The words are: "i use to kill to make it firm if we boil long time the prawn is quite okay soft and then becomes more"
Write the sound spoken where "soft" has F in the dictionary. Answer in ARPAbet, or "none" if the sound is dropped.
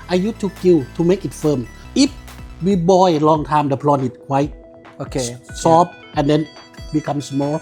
P